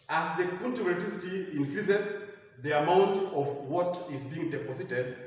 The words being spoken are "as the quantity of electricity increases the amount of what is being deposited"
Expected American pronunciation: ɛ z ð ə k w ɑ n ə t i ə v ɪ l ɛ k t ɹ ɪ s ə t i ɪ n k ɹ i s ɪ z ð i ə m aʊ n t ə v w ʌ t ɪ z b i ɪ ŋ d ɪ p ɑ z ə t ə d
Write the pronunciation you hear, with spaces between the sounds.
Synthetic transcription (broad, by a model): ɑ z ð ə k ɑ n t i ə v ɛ t ɪ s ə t i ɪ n k ɹ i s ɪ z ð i ə m aʊ n t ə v w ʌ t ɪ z b i ɪ ŋ d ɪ p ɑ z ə t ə d